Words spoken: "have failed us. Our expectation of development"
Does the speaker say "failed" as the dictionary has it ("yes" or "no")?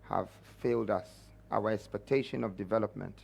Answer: yes